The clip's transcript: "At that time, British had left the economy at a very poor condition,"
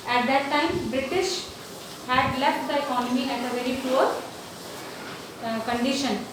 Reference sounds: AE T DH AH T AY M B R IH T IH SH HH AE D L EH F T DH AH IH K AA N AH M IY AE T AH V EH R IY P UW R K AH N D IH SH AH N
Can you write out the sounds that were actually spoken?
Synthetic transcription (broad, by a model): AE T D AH T AY M B R IH T IH SH HH AE D L EH F T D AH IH K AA N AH M IY AE T AH V EH R IY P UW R K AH N D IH SH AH N